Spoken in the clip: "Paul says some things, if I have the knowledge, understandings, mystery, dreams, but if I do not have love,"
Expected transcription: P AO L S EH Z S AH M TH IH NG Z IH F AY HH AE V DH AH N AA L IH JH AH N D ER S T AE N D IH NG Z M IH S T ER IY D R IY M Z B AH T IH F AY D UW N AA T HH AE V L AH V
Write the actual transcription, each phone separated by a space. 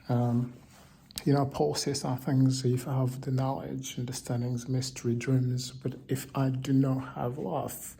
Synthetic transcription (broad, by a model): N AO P S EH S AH TH IH NG Z IH F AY V DH AH N AA L IH JH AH N D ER S T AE N D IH NG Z M IH S T ER IY D R IY M Z B AH T IH F AY D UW N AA T HH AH V L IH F